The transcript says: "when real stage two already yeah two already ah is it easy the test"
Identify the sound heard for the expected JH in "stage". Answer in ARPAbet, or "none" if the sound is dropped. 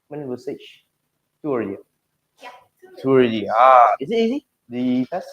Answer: CH